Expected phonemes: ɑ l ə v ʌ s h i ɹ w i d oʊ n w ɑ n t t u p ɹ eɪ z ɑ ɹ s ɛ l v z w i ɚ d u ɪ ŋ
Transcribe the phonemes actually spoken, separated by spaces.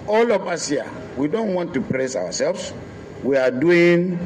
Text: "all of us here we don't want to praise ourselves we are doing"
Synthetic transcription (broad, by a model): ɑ l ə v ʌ s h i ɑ w i d oʊ n w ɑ n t t u p ɹ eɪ s ɑ w s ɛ l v s w i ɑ d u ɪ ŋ